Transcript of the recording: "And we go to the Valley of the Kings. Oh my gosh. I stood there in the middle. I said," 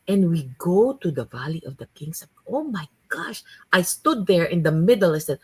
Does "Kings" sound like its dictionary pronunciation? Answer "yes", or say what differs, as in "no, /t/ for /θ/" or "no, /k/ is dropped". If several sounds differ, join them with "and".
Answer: no, /s/ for /z/